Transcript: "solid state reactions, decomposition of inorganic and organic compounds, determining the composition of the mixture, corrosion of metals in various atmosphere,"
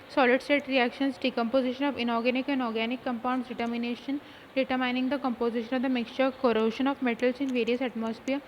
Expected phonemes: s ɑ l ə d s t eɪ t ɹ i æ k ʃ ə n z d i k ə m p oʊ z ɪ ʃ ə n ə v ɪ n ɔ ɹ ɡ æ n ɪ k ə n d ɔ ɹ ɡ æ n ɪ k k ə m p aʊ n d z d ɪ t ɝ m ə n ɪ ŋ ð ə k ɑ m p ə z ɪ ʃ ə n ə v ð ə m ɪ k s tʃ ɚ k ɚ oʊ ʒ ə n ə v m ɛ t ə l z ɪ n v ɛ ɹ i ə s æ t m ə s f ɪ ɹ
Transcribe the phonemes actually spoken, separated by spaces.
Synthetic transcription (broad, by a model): s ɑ l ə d s t eɪ t ɹ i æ k ʃ ə n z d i k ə m p oʊ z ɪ ʃ ə n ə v ɪ n ɔ ɹ ɡ æ n ɪ k ə n d ɔ ɹ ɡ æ n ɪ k k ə m p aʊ n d s d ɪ t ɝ m ə n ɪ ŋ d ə k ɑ m p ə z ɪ ʃ ə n ə v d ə m ɪ k s tʃ ɚ k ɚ oʊ ʃ ə n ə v m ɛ t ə l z ɪ n v ɛ ɹ i ə s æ t m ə s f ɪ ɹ